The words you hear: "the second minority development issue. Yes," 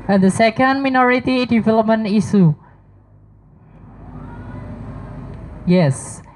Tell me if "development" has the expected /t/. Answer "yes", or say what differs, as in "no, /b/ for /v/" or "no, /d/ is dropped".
no, /t/ is dropped